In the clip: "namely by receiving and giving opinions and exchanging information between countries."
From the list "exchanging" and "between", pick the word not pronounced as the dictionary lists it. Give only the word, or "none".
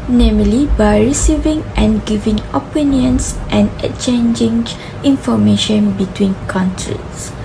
exchanging